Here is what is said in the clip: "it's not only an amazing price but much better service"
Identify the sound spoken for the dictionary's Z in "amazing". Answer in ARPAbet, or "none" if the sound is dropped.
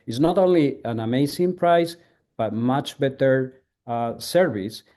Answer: S